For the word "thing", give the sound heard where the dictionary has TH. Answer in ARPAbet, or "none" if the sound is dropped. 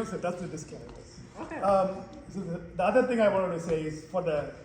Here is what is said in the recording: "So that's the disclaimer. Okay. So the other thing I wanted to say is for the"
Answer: TH